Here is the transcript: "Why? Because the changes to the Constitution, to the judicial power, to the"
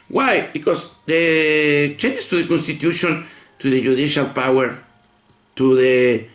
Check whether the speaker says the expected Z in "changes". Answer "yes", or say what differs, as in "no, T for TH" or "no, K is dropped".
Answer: no, S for Z